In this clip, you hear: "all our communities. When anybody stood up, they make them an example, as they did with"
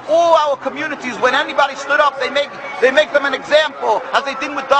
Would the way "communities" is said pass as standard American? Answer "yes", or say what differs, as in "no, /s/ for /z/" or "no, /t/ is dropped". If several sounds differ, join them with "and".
yes